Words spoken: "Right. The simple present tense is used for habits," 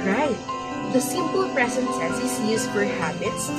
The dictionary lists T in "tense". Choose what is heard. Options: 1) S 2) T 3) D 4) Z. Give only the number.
1